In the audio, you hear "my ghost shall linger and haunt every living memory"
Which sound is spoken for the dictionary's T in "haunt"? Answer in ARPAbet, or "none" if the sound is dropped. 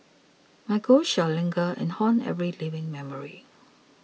none